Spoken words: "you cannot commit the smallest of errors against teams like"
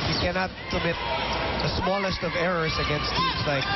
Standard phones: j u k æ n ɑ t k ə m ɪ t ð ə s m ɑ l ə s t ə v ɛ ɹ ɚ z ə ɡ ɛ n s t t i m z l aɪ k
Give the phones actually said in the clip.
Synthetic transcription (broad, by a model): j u k æ n ɑ t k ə m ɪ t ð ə s m ɑ l ə s t ə v ɛ ɹ ɚ z ə ɡ ɛ n s t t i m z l aɪ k